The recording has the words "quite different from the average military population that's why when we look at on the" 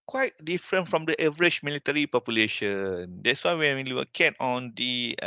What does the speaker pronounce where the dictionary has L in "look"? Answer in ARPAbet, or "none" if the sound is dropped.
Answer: W